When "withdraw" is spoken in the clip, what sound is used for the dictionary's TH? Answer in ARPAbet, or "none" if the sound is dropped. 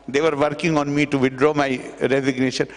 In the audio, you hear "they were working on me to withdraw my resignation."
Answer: T